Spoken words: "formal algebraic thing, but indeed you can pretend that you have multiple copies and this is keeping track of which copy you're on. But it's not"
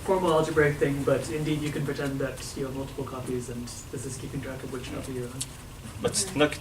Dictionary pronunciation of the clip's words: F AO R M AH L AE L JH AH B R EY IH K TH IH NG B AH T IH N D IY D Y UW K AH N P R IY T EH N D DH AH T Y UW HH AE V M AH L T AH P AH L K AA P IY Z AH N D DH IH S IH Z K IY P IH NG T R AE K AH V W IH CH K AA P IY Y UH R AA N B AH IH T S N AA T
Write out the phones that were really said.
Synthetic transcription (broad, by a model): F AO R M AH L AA L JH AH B R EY IH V TH IH NG B AH T IH N D IY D Y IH K AH N P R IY T EH N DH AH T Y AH M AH L T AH P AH L K AA P IY Z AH N DH IH S IH Z K IY P IH NG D R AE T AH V W IH CH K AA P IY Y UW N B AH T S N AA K